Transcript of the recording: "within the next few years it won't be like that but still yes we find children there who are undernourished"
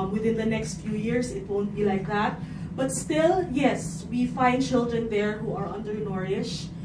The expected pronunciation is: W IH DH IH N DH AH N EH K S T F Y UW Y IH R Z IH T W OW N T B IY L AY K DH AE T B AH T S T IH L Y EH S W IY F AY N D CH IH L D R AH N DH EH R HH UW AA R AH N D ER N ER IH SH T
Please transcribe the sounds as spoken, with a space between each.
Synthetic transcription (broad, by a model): W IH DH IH N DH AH N EH K S T F Y UW Y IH R S IH T W OW N T B IY L AY K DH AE T B AH T S T IH L Y EH S W IY F AY N D CH IH L D R AH N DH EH R HH UW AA R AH N D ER N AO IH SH